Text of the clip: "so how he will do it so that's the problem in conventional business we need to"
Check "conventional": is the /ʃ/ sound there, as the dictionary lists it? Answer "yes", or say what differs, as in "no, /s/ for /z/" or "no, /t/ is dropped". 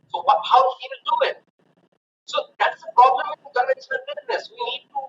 no, /ʃ/ is dropped